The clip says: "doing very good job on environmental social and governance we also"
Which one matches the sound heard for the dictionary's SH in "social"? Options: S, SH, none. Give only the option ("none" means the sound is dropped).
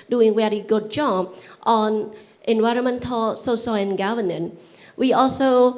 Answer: S